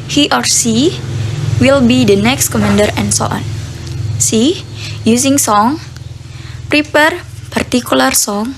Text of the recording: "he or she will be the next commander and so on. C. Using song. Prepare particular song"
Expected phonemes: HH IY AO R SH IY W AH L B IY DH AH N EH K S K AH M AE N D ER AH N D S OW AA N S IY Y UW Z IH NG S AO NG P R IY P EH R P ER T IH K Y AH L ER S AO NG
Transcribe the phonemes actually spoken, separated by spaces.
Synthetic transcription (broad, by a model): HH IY AO R S IY W AH L B IY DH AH N EH K S K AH M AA N D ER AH N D S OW AA N S IY Y UW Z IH NG S AO NG P R IY P EH R P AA T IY K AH L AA S AO NG